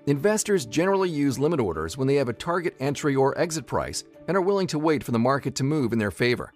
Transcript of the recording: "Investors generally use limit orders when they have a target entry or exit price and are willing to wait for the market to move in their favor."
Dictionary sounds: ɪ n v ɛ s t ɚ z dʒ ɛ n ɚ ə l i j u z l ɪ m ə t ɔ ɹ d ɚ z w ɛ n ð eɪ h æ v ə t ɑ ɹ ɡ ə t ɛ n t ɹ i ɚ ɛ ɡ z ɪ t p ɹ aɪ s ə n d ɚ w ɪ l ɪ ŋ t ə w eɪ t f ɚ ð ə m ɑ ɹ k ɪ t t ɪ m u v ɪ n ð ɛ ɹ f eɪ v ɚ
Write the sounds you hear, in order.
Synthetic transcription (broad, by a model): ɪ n v ɛ s t ɚ z dʒ ɛ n ɚ l i j u z l ɪ m ə t ɔ ɹ d ɚ z w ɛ n ð eɪ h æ v ə t ɑ ɹ ɡ ə t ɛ n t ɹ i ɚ ɛ ɡ z ɪ t p ɹ aɪ s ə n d ɚ w ɪ l ɪ ŋ t ə w eɪ t f ɚ ð ə m ɑ ɹ k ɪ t t ɪ m u v ɪ n ð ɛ ɹ f eɪ v ɚ